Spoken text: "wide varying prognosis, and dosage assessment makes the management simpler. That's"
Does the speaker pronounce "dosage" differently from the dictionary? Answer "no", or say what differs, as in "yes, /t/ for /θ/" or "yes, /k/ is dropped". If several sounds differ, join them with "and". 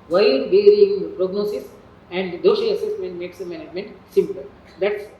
yes, /ʃ/ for /s/ and /dʒ/ is dropped